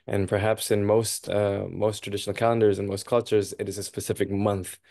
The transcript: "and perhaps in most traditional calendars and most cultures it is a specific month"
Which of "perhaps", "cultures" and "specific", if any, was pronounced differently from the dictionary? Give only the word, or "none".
none